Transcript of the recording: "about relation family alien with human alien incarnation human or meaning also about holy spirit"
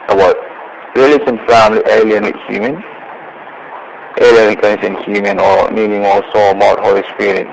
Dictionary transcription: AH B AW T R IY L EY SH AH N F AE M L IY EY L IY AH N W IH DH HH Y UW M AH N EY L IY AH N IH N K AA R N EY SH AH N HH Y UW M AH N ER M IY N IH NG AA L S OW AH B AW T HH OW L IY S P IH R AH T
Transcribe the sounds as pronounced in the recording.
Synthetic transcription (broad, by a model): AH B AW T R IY L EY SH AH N F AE M L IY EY L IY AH N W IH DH HH Y UW M AH N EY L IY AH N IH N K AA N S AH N HH Y UW M AH N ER M IY N IH NG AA S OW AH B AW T HH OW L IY S P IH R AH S